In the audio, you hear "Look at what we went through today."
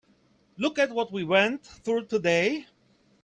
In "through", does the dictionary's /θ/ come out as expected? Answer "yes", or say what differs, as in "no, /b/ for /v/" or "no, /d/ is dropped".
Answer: yes